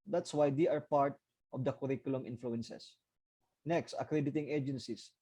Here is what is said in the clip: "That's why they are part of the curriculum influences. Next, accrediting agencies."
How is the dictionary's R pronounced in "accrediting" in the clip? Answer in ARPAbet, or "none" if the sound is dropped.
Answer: R